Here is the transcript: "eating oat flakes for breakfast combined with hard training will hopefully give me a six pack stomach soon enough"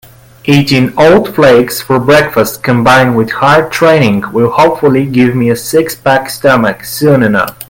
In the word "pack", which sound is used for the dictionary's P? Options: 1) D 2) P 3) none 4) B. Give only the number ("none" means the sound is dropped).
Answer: 4